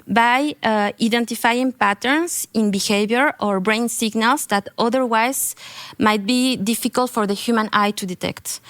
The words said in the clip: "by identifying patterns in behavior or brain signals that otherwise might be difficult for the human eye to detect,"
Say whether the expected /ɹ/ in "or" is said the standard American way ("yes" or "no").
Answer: yes